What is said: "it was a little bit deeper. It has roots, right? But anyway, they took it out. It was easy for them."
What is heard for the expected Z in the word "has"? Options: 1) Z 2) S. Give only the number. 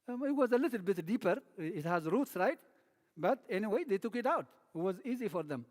1